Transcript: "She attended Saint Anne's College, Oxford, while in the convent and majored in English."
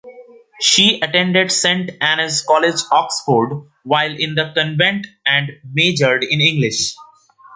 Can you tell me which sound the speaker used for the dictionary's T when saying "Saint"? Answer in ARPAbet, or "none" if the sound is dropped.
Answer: T